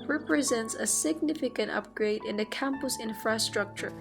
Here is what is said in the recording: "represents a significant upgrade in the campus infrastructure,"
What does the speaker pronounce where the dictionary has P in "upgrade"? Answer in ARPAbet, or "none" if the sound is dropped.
P